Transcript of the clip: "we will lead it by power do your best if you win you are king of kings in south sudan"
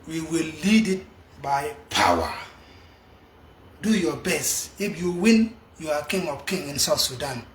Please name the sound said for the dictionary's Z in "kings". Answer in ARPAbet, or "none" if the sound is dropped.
none